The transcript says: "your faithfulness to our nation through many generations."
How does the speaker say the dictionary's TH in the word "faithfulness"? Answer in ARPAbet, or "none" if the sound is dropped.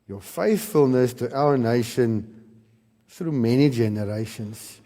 TH